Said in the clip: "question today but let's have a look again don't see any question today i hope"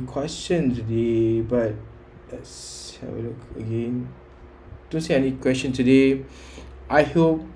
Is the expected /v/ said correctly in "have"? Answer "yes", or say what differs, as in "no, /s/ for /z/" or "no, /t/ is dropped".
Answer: no, /w/ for /v/